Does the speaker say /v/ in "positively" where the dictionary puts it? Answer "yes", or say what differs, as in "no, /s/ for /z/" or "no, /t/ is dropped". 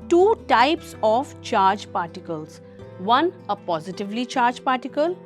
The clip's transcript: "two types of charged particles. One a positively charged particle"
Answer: yes